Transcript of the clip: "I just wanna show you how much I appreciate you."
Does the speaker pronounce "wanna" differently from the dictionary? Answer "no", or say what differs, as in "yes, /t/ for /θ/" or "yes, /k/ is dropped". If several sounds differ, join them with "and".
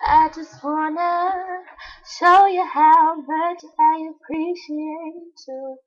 no